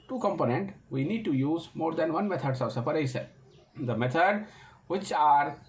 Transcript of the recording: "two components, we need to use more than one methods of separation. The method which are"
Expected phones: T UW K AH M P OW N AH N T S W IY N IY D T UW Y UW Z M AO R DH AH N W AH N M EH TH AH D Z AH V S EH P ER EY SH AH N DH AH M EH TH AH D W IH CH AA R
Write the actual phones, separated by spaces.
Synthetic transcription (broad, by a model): T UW K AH M P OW N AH N T W IY N IY D T UW Y UW Z M AO R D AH N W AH N M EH T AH D S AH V S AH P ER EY S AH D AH M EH T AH D W IH CH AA R